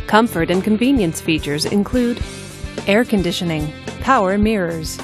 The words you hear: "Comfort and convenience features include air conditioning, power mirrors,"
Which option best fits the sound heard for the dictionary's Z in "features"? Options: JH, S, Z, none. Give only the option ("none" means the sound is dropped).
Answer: Z